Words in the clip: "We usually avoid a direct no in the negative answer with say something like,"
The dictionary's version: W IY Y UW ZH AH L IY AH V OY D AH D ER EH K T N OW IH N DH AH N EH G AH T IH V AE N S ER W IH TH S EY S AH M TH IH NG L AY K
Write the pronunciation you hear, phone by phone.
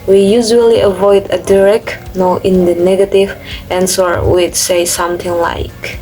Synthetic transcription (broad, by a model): W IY Y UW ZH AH L IY AH V OY D AH D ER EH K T N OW IH N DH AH N EH G AH T IH V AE N S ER W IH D S EY S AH M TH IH NG L AY K